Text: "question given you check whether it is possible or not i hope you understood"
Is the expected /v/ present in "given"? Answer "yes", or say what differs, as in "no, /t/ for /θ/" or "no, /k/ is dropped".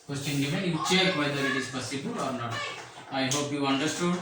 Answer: no, /f/ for /v/